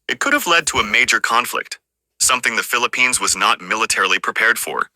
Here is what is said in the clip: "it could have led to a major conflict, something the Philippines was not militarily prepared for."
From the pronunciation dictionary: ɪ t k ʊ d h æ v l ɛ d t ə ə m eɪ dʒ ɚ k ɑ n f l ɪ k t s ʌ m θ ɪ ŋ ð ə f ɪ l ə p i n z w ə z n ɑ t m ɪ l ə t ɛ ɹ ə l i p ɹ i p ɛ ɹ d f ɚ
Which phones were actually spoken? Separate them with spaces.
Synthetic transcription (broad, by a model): ɪ t k ʊ d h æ v l ɛ d t ə ə m eɪ dʒ ɚ k ɑ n f l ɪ k t s ʌ m θ ɪ ŋ ð ə f ɪ l ə p i n z w ə z n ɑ t m ɪ l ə t ɛ ɹ l i p ɹ i p ɛ ɹ d f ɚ